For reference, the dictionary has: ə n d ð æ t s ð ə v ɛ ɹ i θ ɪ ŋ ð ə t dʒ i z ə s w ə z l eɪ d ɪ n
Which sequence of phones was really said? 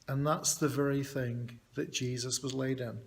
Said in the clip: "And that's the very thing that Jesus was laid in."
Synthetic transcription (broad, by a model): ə n ð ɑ t s ð ə v ɛ ɹ i θ ɪ ŋ ð ə t dʒ i z ə s w ə z l eɪ d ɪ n